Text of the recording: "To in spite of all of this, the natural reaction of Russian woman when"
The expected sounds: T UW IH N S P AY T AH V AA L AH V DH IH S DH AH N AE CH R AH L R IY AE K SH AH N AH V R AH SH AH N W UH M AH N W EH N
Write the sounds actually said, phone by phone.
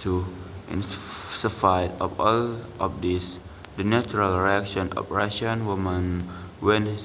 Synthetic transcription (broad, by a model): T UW IH N S F AY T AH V AA L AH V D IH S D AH N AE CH R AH L R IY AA K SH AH N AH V R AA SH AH N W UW M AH N W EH N